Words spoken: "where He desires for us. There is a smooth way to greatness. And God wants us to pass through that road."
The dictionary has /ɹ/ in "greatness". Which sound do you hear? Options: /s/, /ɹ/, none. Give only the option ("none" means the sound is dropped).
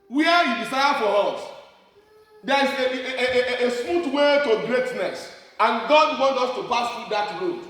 /ɹ/